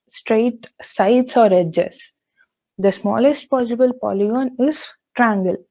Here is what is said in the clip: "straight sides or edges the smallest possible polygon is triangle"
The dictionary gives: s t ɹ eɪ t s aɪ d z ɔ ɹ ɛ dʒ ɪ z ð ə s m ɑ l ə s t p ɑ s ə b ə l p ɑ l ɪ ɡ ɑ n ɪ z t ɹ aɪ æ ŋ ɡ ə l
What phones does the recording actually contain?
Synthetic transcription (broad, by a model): s t ɹ eɪ t s aɪ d s ɔ ɹ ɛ dʒ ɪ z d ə s m ɑ l ə s t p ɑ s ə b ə l p ɑ l ɪ ɡ ɑ n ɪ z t ɹ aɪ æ ŋ ɡ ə l